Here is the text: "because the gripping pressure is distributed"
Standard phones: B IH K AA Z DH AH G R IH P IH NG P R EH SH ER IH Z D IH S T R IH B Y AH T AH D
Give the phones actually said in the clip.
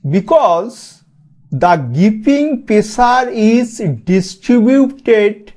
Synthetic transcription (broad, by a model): B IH K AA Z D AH G IY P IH NG P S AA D IH Z D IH S T R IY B Y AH T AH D